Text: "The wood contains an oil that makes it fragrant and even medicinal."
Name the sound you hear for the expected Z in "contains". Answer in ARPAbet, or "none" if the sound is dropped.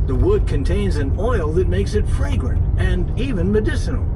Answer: Z